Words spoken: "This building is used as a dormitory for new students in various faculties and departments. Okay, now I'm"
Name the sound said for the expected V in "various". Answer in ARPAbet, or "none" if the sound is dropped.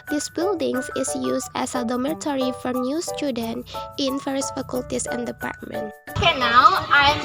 F